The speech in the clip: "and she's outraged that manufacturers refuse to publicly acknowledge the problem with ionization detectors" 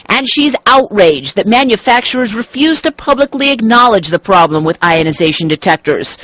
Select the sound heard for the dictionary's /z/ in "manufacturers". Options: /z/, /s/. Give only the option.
/z/